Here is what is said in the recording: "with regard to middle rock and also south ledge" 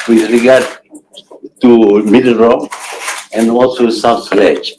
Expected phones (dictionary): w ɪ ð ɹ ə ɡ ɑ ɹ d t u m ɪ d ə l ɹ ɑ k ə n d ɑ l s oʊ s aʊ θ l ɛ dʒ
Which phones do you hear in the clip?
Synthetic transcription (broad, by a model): w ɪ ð ɹ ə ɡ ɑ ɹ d t u m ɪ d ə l ɹ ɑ ə n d ɑ l s oʊ s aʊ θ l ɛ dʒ